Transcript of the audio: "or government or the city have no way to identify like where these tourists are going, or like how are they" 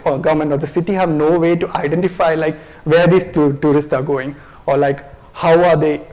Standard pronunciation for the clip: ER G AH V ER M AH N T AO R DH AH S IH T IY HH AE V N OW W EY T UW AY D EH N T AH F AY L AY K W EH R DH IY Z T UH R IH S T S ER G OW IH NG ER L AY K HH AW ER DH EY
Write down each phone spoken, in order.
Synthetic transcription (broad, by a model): G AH V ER M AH N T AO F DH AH S IH T IY HH AE V N OW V EY T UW AY D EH N T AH F AY L AY K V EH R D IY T T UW R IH S T S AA G OW IH NG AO L AY K HH AW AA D EY